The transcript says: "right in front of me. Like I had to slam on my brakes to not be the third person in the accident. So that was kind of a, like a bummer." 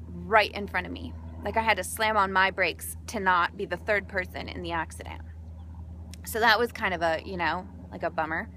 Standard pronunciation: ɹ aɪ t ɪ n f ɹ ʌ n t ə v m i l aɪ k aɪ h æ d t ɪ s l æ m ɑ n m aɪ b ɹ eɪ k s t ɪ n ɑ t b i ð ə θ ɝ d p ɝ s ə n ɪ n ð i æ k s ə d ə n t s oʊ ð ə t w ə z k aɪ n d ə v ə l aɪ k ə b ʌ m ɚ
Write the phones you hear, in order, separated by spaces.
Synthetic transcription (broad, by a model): ɹ aɪ t ɪ n f ɹ ʌ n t ə v m i l aɪ k aɪ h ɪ d t ɪ s l æ m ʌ n m aɪ b ɹ eɪ k s t ɪ n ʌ t b i ð ə θ ɝ d p ɝ s ə n ɪ n ð i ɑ k s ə d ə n s oʊ ð ə t w ə z k aɪ n d ə v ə l aɪ k ə b ʌ m ɚ